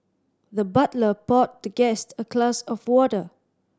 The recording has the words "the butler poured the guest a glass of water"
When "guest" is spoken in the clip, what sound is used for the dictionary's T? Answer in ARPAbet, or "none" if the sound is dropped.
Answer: T